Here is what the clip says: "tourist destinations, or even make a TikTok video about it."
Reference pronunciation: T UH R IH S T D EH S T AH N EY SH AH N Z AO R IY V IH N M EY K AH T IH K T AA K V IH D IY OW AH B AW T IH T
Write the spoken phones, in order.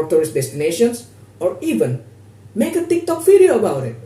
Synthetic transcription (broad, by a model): T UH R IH S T D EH S T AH N EY SH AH N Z AO R IY V IH N M EY K AH T IH K T AA K F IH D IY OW AH B AW T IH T